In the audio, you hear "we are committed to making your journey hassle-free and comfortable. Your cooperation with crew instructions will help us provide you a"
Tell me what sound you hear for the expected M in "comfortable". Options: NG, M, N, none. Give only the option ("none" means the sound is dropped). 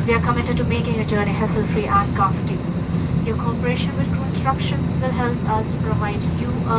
none